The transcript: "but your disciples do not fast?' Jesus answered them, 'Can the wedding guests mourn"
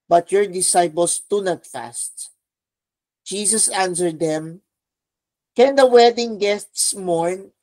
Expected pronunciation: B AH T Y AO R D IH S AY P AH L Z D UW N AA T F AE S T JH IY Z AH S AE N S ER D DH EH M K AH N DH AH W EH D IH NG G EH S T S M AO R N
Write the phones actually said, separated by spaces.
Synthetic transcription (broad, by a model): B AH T Y AO R D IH S AY P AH L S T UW N AA T F AE S T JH IY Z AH S AE N S ER D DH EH M K AH N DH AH W EH D IH NG G EH S T S M AO R N